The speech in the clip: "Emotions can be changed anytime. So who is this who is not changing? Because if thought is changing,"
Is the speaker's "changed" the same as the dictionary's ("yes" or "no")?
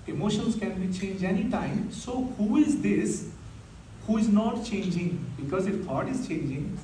no